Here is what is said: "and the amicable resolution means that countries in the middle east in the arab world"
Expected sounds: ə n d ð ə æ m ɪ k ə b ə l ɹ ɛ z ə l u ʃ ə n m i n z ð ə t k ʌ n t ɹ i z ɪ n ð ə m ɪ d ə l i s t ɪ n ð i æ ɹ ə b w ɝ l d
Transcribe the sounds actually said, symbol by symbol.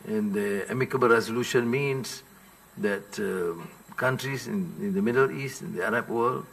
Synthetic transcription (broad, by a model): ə n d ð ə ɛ m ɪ k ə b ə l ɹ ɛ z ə l u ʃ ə n m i n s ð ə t k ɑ n t ɹ i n ɪ n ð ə m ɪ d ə l i s t ɪ n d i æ ɹ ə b w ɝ l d